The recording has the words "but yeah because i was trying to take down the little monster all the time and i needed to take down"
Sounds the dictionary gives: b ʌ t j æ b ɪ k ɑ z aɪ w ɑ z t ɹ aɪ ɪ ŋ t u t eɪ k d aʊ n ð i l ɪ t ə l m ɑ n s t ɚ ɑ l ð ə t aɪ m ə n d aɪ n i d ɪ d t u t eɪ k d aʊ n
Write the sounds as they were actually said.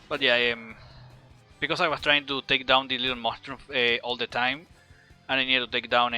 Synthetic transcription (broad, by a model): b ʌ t j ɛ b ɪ k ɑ s aɪ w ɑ s t ɹ aɪ ɪ ŋ t u t eɪ k d aʊ n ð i l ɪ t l m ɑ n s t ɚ ɑ l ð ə t aɪ m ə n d aɪ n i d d t u t eɪ k d aʊ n